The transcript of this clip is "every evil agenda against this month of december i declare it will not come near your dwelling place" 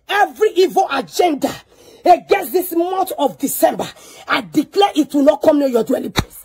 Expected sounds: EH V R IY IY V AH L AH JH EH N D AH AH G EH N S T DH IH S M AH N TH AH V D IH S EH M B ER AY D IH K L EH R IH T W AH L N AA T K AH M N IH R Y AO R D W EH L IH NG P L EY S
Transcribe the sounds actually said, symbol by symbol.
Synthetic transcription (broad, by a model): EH V R IY IY V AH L AH JH EH N D AH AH G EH S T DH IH S M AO N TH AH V D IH S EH M B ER AY D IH K L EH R IH T W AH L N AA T K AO M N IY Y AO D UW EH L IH P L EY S